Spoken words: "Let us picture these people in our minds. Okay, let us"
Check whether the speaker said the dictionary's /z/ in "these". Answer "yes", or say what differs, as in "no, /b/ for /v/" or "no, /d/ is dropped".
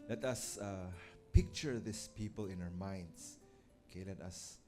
no, /s/ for /z/